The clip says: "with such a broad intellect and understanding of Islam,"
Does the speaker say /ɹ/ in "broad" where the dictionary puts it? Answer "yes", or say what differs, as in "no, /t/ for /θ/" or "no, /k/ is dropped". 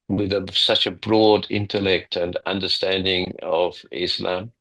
yes